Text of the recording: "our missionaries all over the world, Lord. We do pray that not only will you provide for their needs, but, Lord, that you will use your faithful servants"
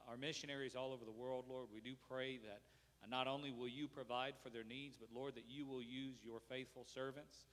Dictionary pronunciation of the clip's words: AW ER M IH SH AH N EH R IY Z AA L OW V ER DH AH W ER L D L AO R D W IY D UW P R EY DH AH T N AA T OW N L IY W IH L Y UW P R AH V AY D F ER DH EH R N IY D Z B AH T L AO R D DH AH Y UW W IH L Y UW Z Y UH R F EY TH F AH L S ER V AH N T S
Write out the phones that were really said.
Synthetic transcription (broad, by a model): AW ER M IH SH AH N EH R IY Z AA L OW V ER DH AH W ER L D L AO R D W IY D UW P R EY DH AH T N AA T OW N L IY W IH L Y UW P R AH V AY D F ER DH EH R N IY D Z B AH T L AO R D DH AH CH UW W IH L Y UW Z Y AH R F EY TH F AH L S ER V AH N T S